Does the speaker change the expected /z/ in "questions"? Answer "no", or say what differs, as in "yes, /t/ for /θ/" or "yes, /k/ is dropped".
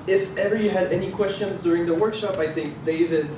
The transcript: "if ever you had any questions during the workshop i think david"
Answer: no